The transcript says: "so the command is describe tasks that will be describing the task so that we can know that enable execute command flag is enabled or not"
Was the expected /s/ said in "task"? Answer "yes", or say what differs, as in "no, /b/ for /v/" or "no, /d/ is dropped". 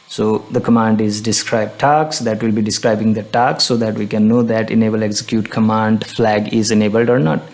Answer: no, /s/ is dropped